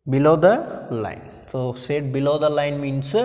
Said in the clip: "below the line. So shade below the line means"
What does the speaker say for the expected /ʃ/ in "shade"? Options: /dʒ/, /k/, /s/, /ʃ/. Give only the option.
/s/